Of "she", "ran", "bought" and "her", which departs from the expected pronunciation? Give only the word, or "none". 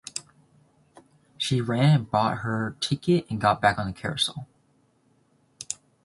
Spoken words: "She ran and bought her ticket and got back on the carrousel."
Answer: none